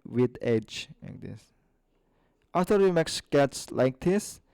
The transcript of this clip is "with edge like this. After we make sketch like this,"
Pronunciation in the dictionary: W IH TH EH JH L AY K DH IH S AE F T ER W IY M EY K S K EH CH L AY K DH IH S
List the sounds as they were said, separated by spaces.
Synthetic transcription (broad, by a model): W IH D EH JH L AY K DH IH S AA F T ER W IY M EY K S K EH S L AY K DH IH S